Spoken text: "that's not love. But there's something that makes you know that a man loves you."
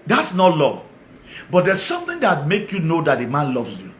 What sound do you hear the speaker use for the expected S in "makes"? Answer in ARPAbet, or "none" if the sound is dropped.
none